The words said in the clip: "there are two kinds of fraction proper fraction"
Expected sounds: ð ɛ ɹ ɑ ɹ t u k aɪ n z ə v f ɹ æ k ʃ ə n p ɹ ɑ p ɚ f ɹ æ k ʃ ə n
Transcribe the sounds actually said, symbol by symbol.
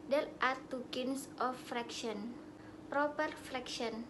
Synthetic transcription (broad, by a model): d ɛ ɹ ɑ ɹ t u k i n s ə f ɹ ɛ k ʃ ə n p ɹ ɑ p ɚ f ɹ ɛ k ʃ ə n